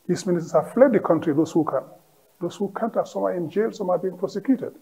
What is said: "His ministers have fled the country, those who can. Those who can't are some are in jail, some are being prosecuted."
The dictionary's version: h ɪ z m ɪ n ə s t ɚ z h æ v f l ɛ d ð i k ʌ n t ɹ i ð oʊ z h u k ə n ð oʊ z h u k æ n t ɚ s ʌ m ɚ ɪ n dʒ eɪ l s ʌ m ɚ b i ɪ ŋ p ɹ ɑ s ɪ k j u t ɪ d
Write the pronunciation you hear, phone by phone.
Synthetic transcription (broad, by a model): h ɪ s m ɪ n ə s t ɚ s h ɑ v f l ɛ d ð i k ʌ n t ɹ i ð oʊ s h u k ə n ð oʊ s h u k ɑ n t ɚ s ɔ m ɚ ɪ n dʒ eɪ l s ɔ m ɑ b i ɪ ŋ p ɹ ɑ s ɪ k j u t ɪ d